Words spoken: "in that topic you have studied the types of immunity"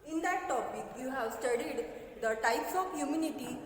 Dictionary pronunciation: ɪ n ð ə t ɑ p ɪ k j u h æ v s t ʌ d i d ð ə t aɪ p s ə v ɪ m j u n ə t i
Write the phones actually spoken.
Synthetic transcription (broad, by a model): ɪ n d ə t ɑ p ɪ k j u h æ v s t ʌ d i d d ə t aɪ p s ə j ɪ m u n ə t i